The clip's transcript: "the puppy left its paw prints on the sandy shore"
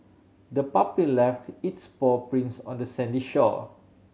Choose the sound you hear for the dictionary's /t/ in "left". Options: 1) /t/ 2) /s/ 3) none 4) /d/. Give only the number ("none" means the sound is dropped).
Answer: 1